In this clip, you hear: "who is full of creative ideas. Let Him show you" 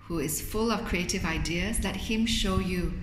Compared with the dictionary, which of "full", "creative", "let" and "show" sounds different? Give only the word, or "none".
none